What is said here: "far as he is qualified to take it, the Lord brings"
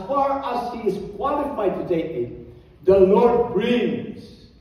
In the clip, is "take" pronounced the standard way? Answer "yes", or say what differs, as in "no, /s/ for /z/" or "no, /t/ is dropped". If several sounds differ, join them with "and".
no, /k/ is dropped